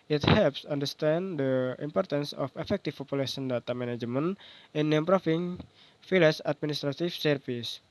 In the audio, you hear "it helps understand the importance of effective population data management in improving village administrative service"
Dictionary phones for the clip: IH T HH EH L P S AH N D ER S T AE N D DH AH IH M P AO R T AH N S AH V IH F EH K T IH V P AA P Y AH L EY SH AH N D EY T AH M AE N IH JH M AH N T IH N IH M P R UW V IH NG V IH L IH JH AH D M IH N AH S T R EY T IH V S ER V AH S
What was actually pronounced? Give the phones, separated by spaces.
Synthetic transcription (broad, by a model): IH T HH EH L P S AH N D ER S T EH N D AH IH M P AO R T AH N S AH F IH F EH K T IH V P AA P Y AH L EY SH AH N D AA T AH M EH N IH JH M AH N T IH N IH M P R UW F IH NG F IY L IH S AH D M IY N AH S T R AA T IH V S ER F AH S